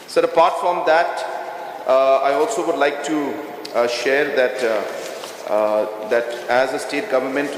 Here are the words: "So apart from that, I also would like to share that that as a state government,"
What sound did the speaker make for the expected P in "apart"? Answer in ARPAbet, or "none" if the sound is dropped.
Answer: P